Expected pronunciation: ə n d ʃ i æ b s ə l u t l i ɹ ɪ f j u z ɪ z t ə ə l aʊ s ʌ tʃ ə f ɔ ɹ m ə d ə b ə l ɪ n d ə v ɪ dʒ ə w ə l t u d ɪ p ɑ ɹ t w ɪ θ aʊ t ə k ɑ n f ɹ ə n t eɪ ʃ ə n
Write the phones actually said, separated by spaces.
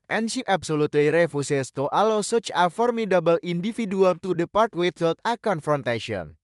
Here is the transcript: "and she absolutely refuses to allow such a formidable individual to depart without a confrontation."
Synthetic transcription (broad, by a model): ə n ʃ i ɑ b s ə l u t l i ɹ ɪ f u s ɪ s t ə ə l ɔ s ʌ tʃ ə f ɔ ɹ m ə d ə b ə l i n d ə f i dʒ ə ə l t u d ɪ p ɑ ɹ t w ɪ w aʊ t ə k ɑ n f ɹ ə n t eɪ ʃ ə n